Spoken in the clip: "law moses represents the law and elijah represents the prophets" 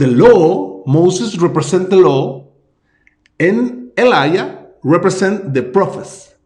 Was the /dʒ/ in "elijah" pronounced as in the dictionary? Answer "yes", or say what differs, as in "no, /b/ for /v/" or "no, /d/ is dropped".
no, /dʒ/ is dropped